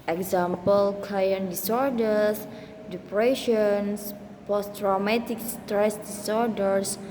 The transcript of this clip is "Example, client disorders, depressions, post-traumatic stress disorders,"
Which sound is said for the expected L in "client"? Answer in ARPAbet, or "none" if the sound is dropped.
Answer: none